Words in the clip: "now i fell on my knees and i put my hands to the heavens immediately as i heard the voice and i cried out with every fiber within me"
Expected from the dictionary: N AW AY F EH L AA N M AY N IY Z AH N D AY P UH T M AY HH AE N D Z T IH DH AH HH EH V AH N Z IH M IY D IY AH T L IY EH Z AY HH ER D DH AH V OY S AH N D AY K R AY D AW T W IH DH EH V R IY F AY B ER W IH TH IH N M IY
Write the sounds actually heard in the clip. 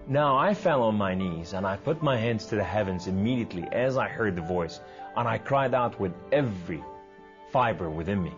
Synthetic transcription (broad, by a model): N AW AY F EH L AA N M AY N IY Z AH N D AY P UH T M AY HH AE N D Z T IH DH AH HH EH V AH N Z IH M IY D IY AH T L IY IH Z AY HH ER D DH AH V OY S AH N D AY K R AY D AW T W IH DH EH V R IY F AY B ER W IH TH IH N M IY